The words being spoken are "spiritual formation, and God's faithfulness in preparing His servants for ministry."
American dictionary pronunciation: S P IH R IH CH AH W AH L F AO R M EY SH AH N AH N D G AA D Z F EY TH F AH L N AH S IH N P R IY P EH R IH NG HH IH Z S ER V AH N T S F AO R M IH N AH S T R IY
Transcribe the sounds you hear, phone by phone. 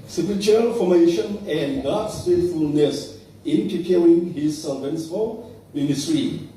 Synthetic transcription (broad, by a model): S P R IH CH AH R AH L F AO M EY SH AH N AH N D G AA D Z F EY T F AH L N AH S IH N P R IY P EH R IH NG HH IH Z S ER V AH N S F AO L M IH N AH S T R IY